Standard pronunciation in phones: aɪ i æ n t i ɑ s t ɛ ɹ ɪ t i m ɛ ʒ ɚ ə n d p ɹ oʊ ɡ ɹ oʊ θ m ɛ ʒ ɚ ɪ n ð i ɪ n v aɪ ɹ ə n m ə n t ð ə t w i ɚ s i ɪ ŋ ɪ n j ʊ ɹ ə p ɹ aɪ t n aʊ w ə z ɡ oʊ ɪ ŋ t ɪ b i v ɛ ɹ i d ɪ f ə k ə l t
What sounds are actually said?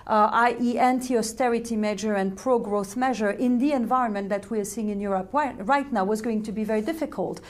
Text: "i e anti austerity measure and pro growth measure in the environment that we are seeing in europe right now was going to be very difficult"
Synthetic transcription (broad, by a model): aɪ i æ n t i ɑ s t ɛ ɹ ɪ t i m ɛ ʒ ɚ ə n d p ɹ oʊ ɡ ɹ oʊ θ m ɛ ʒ ɚ ɪ n ð i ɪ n v aɪ ɹ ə n m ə n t ð ə t w i ɚ s i ɪ ŋ ɪ n j ʊ ɹ ə p ɹ aɪ t n aʊ w ə z ɡ oʊ ɪ ŋ t ɪ b i v ɛ ɹ i d ɪ f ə k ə l t